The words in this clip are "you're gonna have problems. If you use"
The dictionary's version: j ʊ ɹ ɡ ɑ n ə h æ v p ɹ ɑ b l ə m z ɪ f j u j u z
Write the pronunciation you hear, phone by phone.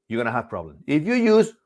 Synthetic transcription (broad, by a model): j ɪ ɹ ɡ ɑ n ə h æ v p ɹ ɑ b l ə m ɪ f j u j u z